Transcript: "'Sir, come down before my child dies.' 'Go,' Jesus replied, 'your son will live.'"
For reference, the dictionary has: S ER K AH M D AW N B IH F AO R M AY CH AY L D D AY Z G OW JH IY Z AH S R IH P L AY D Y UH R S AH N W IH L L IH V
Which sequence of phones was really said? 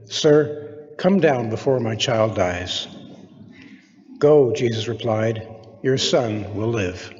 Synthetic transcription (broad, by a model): S ER K AH M D AW N B IH F AO R M AY CH AY L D D AY Z G OW JH IY Z AH S R IH P L AY D Y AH R S AH N W IH L L IH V